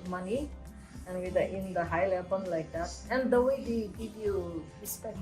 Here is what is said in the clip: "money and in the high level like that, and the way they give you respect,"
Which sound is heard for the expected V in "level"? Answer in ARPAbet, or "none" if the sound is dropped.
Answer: B